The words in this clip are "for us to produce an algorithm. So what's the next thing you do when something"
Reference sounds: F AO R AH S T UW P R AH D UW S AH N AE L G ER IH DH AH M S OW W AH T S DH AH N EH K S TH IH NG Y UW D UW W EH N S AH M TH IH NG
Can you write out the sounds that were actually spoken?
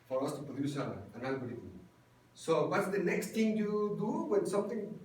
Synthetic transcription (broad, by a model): F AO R AH S T UW P R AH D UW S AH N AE N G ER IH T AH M S OW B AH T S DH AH N EH K S T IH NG Y UW D UW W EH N S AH M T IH NG